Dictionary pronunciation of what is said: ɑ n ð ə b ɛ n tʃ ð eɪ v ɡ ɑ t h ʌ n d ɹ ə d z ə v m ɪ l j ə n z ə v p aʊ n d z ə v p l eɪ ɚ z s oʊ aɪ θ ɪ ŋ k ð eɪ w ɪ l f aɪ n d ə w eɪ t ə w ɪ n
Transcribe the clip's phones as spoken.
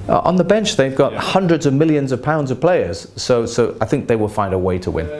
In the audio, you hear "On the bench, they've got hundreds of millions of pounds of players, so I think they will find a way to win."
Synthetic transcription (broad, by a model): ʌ n ð ə b ɛ n tʃ ð eɪ v ɡ ɑ t h ʌ n d ɹ ə d z ə v m ɪ l j ə n z ə v p aʊ n d z ə v p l eɪ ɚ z s oʊ aɪ θ ɪ ŋ k ð eɪ w ɪ l f aɪ n d ə w eɪ t ə w ɪ n